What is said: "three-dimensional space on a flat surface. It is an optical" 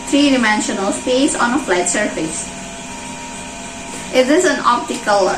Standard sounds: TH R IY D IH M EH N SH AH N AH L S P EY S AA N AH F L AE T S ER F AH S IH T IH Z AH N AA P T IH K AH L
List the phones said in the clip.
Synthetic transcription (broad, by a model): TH R IY D IH M EH N SH AH N AH L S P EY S AA N AH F L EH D S ER F AH S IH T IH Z AH N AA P T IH K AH L